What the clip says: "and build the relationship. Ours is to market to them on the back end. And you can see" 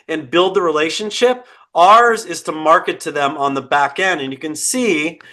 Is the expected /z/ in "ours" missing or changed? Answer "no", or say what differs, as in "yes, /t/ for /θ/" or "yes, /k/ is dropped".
no